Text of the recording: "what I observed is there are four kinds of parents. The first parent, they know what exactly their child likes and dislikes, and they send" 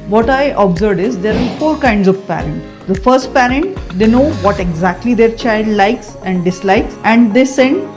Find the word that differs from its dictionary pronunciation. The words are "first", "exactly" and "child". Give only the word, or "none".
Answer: none